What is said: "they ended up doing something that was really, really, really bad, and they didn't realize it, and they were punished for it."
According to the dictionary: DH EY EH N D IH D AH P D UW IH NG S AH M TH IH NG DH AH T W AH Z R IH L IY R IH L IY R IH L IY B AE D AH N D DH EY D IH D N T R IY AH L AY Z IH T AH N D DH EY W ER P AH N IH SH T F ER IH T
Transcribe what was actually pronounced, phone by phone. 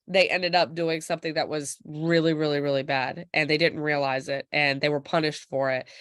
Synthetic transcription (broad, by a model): DH EY EH N D IH D AH P D UW IH NG S AH M TH IH NG DH AH T W AH Z R IH L IY R IH L IY R IH L IY B AE D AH N DH EY D IH D N T R IY AH L AY Z IH T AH N DH EY W ER P AH N IH SH T F ER IH T